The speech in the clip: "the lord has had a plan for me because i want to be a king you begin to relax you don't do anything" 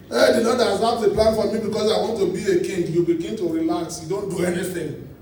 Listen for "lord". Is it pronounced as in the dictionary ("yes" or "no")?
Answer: no